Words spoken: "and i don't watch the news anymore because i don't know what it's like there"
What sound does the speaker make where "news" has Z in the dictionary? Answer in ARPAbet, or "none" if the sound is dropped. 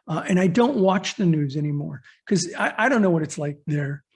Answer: Z